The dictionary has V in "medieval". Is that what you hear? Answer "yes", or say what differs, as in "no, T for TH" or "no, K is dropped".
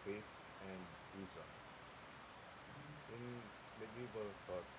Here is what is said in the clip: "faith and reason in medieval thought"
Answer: no, B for V